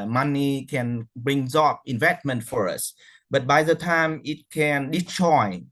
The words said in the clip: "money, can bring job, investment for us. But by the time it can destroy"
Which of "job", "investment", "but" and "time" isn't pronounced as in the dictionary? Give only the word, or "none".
job